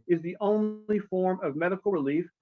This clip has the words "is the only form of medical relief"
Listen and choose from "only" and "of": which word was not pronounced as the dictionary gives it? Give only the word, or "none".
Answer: none